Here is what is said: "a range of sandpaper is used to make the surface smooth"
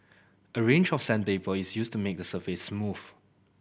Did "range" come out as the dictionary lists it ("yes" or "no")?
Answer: yes